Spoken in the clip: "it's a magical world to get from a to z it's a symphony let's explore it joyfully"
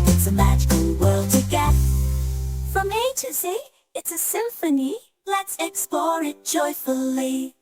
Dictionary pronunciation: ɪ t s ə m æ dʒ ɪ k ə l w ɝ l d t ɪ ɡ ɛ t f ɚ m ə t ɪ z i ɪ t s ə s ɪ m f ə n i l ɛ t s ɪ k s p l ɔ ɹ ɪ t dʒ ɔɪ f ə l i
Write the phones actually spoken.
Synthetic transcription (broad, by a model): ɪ t s ə m æ dʒ ɪ k ə l w ɝ l d t ɪ ɡ ɛ t f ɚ m ə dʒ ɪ s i ɪ t s ə s ɪ m f ə n i l ɛ t s ɪ k s p l ɔ ɹ ɪ t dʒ ɔɪ f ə l i